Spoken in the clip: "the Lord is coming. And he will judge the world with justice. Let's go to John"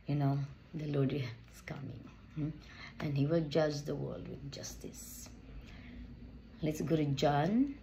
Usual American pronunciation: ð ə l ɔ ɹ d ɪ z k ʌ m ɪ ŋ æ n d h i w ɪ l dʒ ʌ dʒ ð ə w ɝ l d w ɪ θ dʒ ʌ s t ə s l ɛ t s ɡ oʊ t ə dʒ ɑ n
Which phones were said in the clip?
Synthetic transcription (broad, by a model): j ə n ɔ l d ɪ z k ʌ m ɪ ŋ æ n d h i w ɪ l dʒ ʌ dʒ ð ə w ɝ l d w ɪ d dʒ ʌ s t ə s l ɛ t s ɡ oʊ t ə dʒ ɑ n